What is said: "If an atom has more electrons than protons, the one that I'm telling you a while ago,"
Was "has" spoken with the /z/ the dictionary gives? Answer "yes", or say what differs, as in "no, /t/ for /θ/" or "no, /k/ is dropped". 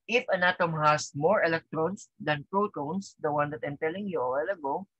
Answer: no, /s/ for /z/